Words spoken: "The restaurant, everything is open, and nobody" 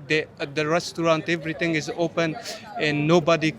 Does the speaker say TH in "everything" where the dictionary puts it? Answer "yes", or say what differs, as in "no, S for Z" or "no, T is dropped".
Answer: no, T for TH